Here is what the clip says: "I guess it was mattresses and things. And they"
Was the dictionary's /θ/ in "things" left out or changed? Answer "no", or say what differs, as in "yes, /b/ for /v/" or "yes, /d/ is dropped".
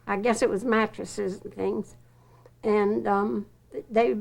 no